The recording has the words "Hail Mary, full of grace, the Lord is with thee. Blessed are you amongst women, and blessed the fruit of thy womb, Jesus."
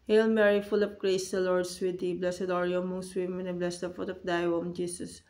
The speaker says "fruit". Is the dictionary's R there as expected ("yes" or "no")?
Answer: no